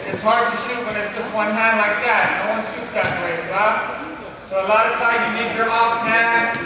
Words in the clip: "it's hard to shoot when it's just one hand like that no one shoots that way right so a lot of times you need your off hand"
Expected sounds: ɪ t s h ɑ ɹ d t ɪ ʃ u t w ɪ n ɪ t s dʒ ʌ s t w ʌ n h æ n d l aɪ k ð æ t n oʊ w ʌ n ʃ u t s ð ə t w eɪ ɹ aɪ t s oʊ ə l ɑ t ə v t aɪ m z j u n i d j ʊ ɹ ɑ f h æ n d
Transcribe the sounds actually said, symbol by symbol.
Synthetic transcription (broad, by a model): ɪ t s h ɑ ɹ d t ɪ ʃ u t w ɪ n ɪ t s dʒ ʌ s t w ʌ n h æ n d l aɪ k ð æ t n oʊ w ʌ n ʃ u t s ð ə t w eɪ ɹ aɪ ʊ s oʊ ə l ɑ t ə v t aɪ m j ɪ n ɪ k j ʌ ɹ ɑ f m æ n